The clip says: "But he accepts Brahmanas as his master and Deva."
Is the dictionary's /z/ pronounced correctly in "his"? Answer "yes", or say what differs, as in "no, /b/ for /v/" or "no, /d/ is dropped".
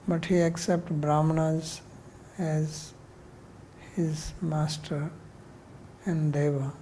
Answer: yes